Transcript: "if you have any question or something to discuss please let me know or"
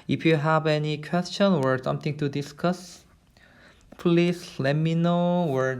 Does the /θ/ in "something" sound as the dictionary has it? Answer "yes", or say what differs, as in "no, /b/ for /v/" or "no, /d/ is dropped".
no, /t/ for /θ/